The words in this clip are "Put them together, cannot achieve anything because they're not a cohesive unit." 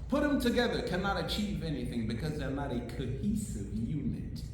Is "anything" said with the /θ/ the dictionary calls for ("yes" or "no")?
yes